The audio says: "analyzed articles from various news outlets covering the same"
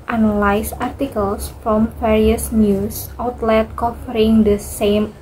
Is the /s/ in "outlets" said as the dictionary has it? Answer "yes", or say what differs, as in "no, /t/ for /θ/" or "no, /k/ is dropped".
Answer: no, /s/ is dropped